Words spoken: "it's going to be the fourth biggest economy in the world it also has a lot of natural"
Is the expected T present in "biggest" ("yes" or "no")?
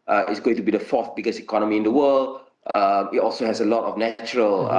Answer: no